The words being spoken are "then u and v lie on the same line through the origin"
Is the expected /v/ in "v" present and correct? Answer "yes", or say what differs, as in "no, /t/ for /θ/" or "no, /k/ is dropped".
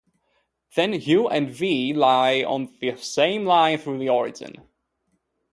yes